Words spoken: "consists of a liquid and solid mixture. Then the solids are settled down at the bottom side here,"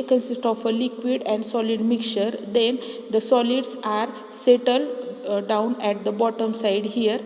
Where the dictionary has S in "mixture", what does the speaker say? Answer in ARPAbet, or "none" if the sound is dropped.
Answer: none